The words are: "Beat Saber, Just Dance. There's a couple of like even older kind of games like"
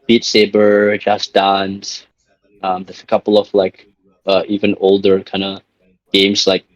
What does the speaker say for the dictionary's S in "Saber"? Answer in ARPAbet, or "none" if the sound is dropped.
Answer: S